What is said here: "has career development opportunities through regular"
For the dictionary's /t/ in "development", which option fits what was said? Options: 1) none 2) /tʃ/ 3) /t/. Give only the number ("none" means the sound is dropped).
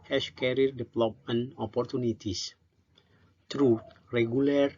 1